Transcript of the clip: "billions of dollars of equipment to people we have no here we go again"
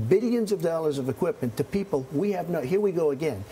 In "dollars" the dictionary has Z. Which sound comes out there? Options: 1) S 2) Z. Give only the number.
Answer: 2